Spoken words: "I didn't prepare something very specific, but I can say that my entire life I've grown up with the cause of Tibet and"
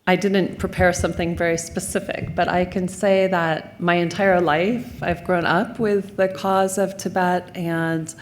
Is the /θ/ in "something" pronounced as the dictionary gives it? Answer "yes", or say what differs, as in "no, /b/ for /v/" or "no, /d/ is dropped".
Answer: yes